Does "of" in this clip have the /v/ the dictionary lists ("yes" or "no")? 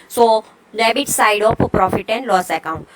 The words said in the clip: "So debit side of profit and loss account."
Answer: no